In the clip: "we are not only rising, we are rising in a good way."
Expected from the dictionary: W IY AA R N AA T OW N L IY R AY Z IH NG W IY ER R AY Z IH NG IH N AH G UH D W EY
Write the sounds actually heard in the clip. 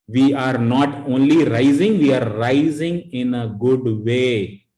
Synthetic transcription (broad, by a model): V IY AA R N AA T OW N L IY R AY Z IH NG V IY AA R AY Z IH NG IH N AH G UH D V EY